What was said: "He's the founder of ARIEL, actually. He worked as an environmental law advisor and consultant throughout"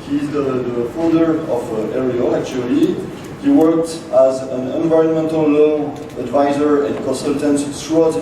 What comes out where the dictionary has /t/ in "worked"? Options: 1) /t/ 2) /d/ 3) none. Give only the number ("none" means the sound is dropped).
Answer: 1